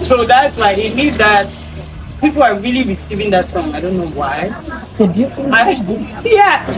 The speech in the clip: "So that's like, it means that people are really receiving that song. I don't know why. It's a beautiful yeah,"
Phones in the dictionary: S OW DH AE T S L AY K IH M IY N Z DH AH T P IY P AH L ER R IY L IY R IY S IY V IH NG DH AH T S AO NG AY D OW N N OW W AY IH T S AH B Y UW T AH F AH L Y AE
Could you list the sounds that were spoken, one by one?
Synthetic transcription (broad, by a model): S OW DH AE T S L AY IH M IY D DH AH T P IY P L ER R IY L IY R IY S IY V IH NG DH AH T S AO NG AY D OW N N OW W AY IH AH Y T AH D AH Y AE